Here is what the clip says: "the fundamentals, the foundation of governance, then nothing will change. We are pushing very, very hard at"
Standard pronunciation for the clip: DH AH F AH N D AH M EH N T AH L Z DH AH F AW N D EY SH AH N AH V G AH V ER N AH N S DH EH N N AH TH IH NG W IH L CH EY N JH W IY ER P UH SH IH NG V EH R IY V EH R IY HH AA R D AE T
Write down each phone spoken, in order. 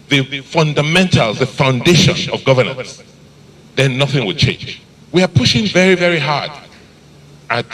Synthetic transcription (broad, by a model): DH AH F AH N D AH M EH N T AH L Z DH AH F AW N D EY SH AH N AH V G AH V ER N AH N S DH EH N N AH TH IH NG W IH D CH EY N JH W IY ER P UH SH IH NG V EH R IY V EH R IY HH AA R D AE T